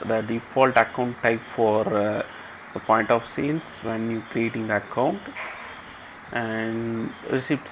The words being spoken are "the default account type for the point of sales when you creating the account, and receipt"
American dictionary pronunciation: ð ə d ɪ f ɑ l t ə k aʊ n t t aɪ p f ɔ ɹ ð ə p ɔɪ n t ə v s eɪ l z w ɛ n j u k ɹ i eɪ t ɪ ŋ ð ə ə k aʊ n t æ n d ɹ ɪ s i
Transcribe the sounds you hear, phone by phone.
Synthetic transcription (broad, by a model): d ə d ɪ f ɑ l t ə k aʊ n t t aɪ p f ɔ ɹ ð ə p ɔɪ n t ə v s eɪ l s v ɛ n j u k ɹ i eɪ t ɪ ŋ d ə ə k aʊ n t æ n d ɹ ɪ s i